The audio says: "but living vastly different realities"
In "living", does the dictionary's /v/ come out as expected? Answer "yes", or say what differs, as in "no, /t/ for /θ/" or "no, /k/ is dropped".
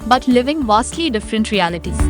yes